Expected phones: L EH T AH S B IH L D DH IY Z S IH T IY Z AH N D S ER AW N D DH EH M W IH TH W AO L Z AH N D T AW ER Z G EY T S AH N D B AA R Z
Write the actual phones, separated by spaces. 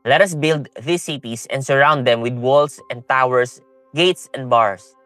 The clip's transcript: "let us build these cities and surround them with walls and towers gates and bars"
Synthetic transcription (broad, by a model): L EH T AH S B IH L D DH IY S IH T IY S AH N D S ER AW N D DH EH M W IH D W AO L S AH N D T AW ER S G EY T S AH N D B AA R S